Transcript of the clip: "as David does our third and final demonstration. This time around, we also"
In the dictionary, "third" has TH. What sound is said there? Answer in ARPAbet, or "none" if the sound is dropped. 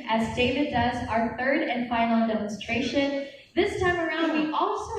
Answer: TH